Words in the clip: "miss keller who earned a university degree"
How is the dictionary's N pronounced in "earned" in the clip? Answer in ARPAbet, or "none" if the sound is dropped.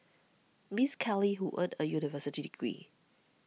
none